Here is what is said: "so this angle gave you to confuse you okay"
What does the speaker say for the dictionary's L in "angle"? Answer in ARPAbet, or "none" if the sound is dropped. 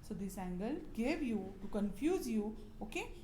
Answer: L